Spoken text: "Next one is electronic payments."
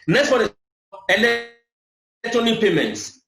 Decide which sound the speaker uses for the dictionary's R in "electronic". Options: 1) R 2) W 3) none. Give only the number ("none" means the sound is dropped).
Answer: 3